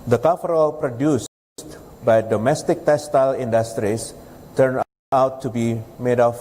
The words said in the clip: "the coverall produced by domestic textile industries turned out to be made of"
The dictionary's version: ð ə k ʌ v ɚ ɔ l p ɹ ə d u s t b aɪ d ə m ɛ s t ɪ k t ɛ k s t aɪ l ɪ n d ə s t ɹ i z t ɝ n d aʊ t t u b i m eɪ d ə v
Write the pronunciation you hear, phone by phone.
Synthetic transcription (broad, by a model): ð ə k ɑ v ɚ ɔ l p ɹ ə d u s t b aɪ d ə m ɛ s t ɪ k t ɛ s t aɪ l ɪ n d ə s t ɹ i s t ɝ n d aʊ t t u b i m eɪ d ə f